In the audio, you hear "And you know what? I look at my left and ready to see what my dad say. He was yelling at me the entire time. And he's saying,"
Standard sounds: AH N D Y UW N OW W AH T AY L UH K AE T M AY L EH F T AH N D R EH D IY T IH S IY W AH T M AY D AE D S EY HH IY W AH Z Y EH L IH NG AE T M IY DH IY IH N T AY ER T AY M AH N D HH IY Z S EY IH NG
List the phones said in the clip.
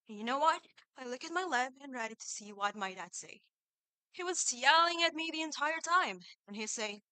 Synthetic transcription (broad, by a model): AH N Y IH N OW W AH T AY L UH K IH T M AY L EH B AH N R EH D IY T IH S IY W AH T M AY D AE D S EY HH IY W AH Z Y EH L IH NG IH T M IY DH IY IH N T AY ER T AY M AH N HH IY S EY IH